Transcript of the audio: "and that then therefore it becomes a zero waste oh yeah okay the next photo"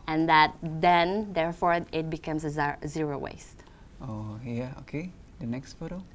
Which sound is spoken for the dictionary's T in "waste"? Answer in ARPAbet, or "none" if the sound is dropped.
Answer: T